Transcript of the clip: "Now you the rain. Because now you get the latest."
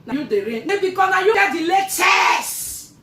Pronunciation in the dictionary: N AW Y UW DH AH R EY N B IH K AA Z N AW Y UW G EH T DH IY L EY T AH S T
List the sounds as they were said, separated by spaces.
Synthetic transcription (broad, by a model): N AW Y UW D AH R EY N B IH K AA N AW Y UW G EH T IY L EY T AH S